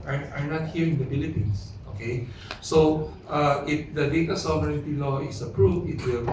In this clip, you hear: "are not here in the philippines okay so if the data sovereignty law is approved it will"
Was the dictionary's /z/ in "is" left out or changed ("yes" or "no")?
yes